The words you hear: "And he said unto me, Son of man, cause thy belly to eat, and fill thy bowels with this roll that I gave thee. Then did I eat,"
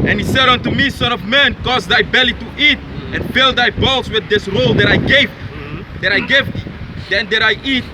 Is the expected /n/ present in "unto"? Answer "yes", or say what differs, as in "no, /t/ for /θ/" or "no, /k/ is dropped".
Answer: yes